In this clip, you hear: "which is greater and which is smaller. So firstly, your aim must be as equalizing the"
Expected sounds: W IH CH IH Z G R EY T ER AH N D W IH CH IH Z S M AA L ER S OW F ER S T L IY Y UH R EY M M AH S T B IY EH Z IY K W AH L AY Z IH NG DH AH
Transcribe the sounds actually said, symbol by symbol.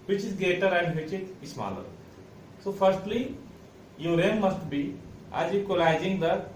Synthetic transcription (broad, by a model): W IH CH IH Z G EY T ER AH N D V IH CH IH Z S M AA L ER S OW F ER S T L IY Y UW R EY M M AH S T B IY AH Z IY K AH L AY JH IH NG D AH